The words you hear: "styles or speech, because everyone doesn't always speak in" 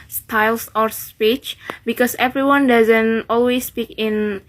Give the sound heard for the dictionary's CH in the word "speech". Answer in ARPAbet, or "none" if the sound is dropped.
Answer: CH